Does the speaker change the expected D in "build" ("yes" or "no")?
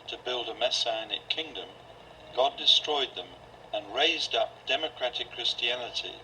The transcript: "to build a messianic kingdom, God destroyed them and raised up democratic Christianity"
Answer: no